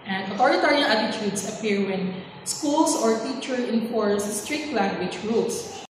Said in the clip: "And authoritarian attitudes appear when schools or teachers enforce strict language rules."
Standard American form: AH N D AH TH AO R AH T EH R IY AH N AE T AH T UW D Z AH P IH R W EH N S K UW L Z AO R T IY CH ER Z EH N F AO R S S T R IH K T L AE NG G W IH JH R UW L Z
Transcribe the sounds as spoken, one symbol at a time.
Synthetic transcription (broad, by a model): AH N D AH T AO R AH T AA R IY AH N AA T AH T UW D S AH P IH R W EH N S K UW L S AO R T IY CH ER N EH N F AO R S S T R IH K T L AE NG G W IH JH R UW L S